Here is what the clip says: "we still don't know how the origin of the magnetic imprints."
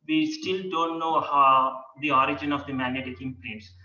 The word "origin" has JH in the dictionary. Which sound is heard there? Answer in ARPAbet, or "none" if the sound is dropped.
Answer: JH